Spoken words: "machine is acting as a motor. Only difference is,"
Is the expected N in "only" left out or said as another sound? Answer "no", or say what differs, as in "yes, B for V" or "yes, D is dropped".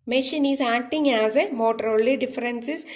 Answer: yes, N is dropped